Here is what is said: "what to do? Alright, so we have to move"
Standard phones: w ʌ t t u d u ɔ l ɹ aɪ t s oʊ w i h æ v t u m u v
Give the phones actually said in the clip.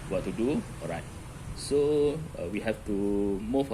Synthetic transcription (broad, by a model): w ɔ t t u d u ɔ ɹ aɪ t s oʊ w i h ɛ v t u m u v